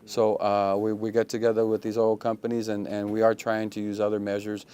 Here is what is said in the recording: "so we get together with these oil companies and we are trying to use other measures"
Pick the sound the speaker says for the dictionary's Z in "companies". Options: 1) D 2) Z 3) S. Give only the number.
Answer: 2